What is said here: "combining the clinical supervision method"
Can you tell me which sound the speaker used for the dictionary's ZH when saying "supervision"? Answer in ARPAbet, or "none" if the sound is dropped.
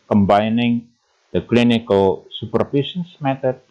S